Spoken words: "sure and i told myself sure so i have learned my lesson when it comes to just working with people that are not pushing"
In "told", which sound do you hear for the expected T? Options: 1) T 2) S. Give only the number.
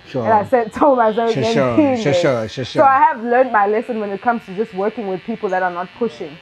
2